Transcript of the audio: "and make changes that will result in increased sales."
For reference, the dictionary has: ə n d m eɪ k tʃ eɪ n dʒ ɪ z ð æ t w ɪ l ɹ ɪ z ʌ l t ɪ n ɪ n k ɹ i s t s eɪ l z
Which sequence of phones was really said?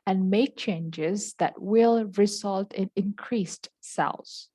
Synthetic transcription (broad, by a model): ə n d m eɪ k tʃ eɪ n dʒ ɪ z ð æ t w ɪ l ɹ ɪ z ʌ l t ɪ n ɪ n k ɹ i s t s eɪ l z